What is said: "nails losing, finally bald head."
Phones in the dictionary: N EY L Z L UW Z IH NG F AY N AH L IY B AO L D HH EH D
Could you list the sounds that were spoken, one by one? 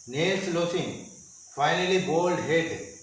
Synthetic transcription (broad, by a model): N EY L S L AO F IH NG F AY N AH L IY B AO L D HH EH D